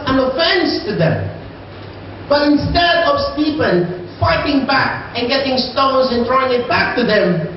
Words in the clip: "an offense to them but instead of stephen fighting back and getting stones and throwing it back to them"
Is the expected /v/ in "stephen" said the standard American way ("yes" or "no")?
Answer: no